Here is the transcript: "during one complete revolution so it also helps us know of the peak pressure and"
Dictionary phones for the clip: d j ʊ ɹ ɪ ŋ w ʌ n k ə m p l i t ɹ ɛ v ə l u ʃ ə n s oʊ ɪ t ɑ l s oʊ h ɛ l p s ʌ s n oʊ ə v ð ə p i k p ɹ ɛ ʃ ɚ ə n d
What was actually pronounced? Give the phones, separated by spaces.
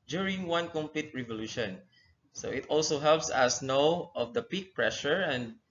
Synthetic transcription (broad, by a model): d j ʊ ɹ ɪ ŋ w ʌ n k ə m p l i t ɹ ɛ v ə l u ʃ ə n s oʊ ɪ t ɑ l s oʊ h ɛ l p s ʌ s n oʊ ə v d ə p i k p ɹ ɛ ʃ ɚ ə n d